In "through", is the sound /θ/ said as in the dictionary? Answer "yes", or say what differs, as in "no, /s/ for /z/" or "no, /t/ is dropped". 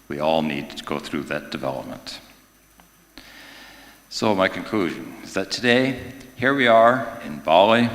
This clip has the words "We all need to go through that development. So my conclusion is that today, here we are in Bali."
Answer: yes